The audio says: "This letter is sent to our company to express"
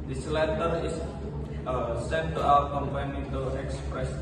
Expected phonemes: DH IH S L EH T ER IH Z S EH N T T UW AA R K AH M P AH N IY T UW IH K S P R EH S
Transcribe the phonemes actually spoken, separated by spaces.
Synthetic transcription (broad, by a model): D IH S L EH T ER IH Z S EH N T T UW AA W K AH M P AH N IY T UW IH K S P R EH S